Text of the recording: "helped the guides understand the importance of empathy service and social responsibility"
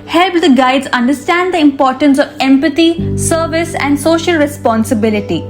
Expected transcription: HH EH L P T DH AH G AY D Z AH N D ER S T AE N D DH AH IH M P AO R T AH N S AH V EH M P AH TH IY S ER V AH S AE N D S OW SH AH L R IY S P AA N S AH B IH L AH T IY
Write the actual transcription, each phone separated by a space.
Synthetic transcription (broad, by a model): HH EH L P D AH G AY D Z AH N D ER S T AE N D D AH IH M P AO R T AH N S AH V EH M P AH T IY S ER V AH S AE N D S OW SH AH L R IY S P AA N S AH B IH L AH T IY